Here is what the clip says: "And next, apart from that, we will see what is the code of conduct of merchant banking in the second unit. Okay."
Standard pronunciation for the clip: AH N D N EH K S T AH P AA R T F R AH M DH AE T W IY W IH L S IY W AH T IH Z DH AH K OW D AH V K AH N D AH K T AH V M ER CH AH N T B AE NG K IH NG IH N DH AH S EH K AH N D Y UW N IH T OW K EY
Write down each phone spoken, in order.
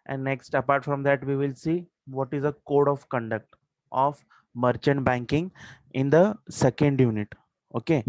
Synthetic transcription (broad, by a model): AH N N EH K S T AH P AA R T F R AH M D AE T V IY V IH L S IY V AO T IH Z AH K OW D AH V K AH N D AH K T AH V M ER CH AH N T B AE NG K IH NG IH N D AH S EH K AH N D Y UW N IH T OW K EY